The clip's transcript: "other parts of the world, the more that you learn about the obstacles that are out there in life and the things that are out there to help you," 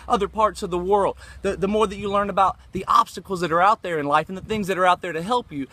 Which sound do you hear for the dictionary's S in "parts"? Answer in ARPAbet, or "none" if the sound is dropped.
S